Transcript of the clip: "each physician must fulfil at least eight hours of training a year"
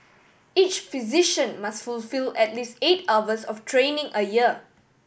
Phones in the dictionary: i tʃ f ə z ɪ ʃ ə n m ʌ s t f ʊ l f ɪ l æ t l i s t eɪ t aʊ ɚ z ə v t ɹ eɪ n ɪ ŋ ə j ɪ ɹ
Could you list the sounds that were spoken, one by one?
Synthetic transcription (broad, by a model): i tʃ f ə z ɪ ʃ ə n m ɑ s t f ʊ l f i l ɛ t l i s t eɪ t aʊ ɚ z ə f t ɹ eɪ n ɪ ŋ ə j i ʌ